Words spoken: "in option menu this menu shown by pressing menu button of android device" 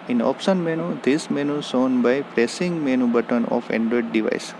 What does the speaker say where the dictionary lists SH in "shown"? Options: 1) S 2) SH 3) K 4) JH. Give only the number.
1